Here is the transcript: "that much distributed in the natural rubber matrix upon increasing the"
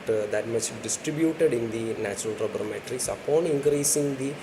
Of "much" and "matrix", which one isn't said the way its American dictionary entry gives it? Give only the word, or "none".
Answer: none